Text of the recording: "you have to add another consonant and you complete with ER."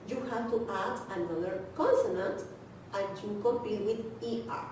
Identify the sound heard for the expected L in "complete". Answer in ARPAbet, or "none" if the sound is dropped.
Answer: none